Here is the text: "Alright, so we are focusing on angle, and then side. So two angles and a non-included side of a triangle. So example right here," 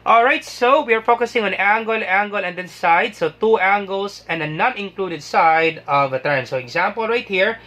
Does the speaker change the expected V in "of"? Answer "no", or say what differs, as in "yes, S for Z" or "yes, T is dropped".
no